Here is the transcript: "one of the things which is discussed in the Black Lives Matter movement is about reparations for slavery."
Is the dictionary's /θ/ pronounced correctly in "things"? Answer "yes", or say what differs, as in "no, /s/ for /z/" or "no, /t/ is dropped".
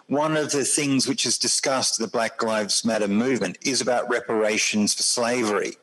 yes